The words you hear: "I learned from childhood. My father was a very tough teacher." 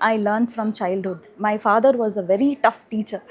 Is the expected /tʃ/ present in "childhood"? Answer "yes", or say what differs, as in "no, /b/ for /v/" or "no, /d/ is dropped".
yes